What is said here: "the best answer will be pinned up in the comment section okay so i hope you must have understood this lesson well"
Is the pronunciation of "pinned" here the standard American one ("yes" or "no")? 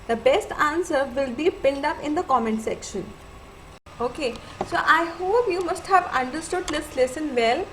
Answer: no